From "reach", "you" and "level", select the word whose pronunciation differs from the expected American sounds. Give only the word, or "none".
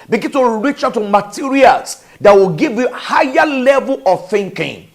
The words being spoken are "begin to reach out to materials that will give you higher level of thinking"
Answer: none